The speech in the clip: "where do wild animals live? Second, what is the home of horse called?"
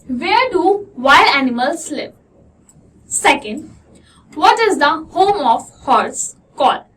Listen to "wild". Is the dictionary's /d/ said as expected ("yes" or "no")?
no